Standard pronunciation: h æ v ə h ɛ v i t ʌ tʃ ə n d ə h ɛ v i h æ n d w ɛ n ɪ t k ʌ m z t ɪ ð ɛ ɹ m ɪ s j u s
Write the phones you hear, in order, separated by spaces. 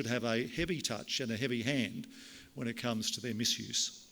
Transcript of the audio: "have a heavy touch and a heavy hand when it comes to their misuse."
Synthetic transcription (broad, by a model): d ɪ v ə h ɛ v i t ʌ tʃ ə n ə h ɛ v i h æ n d w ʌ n ɪ t k ʌ m z t ɪ ð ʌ ɹ m ɪ s j u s